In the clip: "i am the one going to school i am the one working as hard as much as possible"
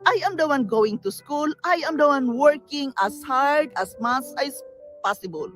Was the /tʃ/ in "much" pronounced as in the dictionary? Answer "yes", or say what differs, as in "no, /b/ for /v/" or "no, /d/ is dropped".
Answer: no, /s/ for /tʃ/